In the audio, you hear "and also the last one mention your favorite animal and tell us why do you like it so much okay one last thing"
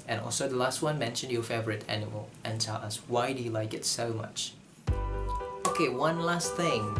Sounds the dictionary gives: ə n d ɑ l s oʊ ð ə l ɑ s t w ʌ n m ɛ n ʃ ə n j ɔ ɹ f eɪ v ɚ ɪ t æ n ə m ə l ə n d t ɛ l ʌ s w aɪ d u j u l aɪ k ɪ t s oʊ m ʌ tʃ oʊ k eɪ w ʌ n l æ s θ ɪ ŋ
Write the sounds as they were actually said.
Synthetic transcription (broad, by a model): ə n ɑ l s oʊ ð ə l ɑ s t w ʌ n m ɛ n ʃ ə n j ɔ f eɪ v ɚ ɪ t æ n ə m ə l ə n t ɛ l ʌ s w aɪ d u j u l aɪ k ɪ t s oʊ m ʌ tʃ oʊ k eɪ w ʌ n l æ s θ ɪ ŋ